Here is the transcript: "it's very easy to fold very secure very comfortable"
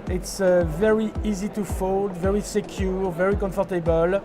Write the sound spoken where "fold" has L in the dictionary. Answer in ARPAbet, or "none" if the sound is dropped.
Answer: L